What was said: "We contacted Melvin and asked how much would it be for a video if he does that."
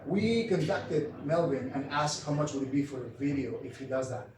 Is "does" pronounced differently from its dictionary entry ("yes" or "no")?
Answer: no